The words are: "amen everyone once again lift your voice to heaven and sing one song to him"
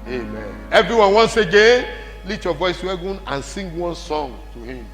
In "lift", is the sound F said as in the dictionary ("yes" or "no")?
no